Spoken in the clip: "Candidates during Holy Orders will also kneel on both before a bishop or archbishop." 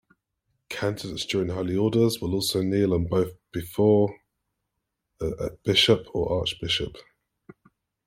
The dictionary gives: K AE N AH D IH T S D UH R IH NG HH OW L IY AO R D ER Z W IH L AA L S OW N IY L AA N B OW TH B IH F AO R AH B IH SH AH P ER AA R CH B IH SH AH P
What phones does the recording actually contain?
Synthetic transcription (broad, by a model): K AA N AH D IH T S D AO R IH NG HH OW L IY AO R D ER Z W IH L AA L S OW N IY L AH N B OW TH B IH F AO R AH B IH SH AH P ER AA CH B IH SH AH P